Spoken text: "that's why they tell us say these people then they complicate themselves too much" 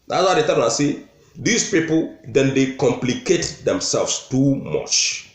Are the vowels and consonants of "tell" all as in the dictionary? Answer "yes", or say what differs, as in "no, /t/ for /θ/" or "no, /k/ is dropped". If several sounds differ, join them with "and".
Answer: no, /n/ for /l/